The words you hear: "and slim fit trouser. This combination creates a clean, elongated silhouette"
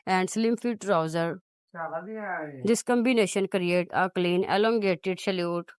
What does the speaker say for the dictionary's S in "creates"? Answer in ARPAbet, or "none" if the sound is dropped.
none